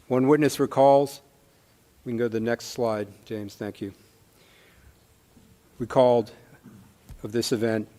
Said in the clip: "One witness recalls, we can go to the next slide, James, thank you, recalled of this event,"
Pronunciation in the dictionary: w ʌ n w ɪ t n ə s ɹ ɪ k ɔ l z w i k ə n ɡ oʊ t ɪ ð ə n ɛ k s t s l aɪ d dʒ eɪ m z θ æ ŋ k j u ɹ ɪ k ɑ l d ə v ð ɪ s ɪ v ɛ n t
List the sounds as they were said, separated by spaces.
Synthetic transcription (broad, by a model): w ʌ n w ɪ t n ə s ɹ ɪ k ɔ l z w i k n ɡ oʊ t ɪ ð ə n ɛ k s t s l aɪ d dʒ eɪ m z θ æ ŋ k j u w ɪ k ɑ l d ə v ð ɪ s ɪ v ɛ n t